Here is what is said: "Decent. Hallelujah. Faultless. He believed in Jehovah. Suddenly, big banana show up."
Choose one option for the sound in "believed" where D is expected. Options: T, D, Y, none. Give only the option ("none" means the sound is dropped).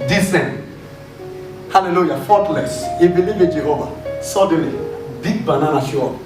none